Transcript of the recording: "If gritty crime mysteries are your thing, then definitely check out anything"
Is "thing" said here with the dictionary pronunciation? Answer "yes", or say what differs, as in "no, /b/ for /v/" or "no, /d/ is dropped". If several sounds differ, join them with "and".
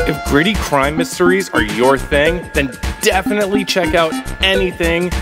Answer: yes